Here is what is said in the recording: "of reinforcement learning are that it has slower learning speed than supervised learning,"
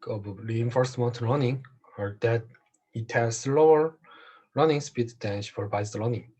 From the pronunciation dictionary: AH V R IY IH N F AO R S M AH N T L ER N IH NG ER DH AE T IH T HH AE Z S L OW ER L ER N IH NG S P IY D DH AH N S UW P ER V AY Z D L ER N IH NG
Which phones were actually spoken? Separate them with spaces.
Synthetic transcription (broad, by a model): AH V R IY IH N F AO R S M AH N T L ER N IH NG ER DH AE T IH T HH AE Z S L OW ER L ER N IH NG S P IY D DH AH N SH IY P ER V AY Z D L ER N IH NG